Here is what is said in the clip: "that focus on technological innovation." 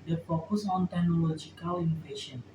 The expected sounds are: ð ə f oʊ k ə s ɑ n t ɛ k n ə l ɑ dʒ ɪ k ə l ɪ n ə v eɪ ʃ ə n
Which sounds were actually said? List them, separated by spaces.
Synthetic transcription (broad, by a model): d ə p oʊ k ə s ɑ n t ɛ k n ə l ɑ dʒ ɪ k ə l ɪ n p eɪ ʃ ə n